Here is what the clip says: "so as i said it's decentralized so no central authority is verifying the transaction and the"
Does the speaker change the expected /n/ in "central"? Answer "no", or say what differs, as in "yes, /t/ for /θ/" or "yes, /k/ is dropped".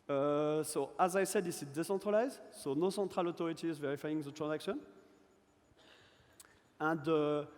yes, /n/ is dropped